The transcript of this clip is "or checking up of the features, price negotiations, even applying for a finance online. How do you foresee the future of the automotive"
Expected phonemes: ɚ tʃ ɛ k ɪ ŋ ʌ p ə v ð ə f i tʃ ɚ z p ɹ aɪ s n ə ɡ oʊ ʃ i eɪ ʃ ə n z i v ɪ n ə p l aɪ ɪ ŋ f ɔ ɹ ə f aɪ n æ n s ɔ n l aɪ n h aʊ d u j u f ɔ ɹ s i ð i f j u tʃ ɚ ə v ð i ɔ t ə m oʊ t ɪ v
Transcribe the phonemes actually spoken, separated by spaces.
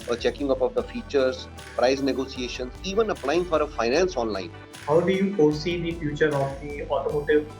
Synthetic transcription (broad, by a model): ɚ tʃ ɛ k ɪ ŋ ʌ p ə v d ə f i tʃ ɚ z p ɹ aɪ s n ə ɡ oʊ s i eɪ ʃ ə n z i v ɪ n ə p l aɪ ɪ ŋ f ɔ ɹ ə f aɪ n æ n s ɔ n l aɪ n h aʊ d u j u p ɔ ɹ s i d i f j u tʃ ɚ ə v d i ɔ t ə m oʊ t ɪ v